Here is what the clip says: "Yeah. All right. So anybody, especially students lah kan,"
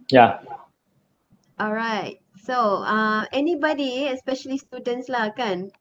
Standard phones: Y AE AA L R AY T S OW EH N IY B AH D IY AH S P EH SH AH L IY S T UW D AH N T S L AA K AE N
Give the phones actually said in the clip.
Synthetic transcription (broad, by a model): Y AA AA L R AY T S OW EH N IY B AH D IY AH S P EH SH AH L IY S T UW D AH N T S L AA K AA N